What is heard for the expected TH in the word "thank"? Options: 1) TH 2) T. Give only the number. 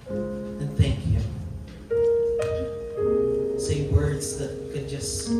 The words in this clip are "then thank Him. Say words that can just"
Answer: 1